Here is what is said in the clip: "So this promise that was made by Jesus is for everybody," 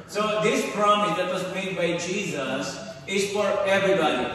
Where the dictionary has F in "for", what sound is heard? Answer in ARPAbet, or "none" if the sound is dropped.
F